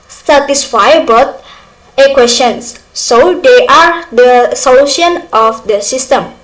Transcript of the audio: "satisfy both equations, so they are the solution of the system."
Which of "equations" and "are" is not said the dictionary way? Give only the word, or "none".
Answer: equations